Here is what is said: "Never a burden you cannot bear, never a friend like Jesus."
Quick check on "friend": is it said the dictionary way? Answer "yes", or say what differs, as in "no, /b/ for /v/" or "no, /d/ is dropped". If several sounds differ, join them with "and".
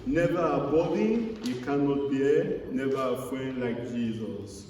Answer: no, /ɹ/ is dropped